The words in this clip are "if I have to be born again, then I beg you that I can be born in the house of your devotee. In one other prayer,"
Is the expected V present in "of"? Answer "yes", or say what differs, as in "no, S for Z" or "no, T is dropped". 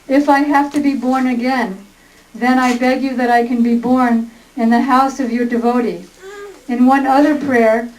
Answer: yes